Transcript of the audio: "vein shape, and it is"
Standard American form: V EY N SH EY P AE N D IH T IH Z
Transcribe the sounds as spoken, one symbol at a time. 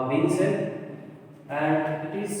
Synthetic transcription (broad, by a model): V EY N S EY AE N D IH T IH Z